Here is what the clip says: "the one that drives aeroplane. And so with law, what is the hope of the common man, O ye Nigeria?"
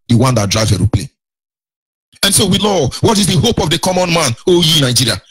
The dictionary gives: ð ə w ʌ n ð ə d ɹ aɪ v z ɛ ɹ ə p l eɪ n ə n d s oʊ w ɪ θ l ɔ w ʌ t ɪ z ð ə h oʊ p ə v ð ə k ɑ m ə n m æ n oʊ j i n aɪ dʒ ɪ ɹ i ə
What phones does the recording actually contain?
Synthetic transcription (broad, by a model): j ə w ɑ n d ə d ɹ aɪ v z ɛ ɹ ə p l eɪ ə n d s oʊ w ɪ l ɔ w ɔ t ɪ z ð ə h oʊ p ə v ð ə k ɑ m ə n m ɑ n oʊ j i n aɪ dʒ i ɹ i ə